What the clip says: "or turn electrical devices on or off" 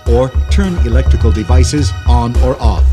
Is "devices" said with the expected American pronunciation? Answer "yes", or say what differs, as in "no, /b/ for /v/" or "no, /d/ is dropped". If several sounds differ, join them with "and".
yes